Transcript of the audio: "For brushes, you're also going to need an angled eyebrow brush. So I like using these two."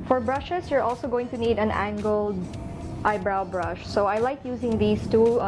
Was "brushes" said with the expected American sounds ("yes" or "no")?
no